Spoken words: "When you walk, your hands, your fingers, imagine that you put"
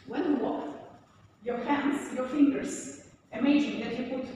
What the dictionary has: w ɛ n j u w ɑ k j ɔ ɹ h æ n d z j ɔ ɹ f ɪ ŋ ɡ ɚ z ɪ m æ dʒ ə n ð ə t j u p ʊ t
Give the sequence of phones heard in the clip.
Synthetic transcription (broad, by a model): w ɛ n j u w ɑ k j ɔ ɹ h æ n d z j ɔ ɹ f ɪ ŋ ɡ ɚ s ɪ m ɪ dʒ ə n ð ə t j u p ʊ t